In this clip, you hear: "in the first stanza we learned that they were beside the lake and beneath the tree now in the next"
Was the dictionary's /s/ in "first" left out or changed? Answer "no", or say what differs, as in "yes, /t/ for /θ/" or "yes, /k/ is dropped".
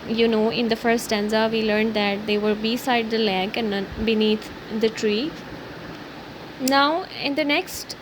yes, /s/ is dropped